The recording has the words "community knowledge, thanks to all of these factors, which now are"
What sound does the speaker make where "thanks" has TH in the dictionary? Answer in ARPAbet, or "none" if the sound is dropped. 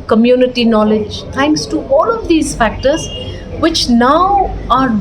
T